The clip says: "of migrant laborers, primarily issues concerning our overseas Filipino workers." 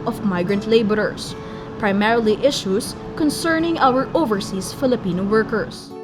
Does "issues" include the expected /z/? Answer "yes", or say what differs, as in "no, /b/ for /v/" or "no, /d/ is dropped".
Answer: no, /s/ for /z/